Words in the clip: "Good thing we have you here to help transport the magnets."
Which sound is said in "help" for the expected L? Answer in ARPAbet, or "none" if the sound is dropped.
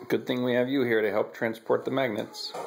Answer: L